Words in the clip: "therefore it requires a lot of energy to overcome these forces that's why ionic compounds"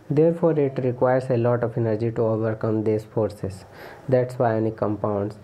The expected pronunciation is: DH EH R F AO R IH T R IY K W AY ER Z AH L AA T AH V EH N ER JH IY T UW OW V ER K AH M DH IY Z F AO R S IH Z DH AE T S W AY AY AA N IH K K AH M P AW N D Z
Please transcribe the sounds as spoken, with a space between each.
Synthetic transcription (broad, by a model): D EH R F AO R IH T R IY K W AY ER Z AH L AA T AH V EH N ER JH IY T UW OW V ER K AH M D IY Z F AO R S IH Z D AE T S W AY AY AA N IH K K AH M P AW N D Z